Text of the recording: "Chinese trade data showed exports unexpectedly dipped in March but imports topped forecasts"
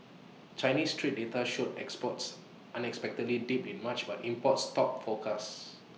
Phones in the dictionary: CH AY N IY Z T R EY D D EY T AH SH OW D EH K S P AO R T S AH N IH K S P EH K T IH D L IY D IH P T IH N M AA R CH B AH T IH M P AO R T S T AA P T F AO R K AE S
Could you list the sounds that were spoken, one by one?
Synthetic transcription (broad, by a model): CH AY N IY S T R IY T D EY T AH SH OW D EH K S P AO T S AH N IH K S P EH K T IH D L IY D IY P IH N M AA CH B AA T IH M P AO T S T AA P F AO K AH S